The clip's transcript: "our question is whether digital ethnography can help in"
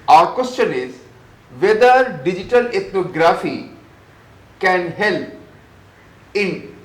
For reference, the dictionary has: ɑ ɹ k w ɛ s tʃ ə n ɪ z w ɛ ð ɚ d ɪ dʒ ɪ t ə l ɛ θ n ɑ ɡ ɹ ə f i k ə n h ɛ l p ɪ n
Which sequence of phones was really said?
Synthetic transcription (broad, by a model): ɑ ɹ k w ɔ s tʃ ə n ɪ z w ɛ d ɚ d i dʒ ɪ t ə l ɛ t n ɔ ɡ ɹ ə f i k ə n h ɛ l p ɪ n